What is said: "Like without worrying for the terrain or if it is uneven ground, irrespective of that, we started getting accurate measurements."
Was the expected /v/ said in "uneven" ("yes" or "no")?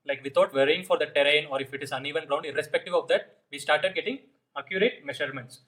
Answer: yes